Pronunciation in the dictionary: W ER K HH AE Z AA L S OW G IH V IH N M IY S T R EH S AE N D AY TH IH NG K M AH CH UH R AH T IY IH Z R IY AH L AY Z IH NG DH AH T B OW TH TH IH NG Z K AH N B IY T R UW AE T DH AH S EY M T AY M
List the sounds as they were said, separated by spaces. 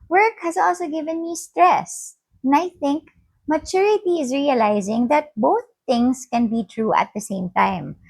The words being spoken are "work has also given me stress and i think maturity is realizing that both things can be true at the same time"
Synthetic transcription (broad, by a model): W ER K HH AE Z AA L S OW G IH V IH N M IY S T R EH S N AY TH IH NG K M AH CH UH R AH T IY IH Z R IY AH L AY Z IH NG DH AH T B OW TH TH IH NG S K AH N B IY T R UW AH T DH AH S EY M T AY M